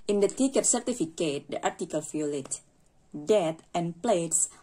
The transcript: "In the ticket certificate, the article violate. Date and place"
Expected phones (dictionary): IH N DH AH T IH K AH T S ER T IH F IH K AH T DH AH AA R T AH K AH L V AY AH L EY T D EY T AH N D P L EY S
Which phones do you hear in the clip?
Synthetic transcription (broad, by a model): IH N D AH T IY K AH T S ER T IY F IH K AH T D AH AA R T AH K AH L F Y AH L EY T D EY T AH N P L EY S